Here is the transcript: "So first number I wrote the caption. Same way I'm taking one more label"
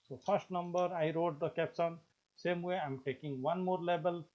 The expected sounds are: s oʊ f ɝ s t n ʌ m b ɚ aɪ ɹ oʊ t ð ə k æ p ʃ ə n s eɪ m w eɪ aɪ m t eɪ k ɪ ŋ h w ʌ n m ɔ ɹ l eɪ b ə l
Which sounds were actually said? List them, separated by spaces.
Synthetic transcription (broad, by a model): s oʊ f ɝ s t n ʌ m b ɚ aɪ ɹ oʊ t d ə k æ p s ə n s eɪ m w eɪ aɪ m t eɪ k ɪ ŋ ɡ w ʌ n m ɔ ɹ l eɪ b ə l